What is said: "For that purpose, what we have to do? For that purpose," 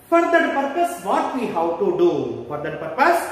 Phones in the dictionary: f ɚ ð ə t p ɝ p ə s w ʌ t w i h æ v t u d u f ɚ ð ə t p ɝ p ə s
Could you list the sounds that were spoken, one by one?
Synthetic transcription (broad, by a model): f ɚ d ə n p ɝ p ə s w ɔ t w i h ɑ w t u d u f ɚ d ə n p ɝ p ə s